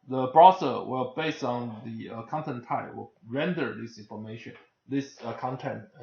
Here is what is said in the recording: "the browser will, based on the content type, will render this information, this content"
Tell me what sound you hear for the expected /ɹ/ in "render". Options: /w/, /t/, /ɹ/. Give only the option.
/ɹ/